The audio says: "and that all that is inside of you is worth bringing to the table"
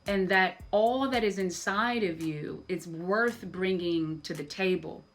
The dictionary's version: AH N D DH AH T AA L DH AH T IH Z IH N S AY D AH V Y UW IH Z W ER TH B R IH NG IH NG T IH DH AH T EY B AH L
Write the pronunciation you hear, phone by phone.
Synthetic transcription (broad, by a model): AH N DH AH T AA L DH AH T IH Z IH N S AY D AH V Y UW IH Z W ER TH B R IH NG IH NG T IH DH AH T EY B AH L